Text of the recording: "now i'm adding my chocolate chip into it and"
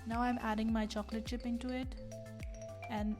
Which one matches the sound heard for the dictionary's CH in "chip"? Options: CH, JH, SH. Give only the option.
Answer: SH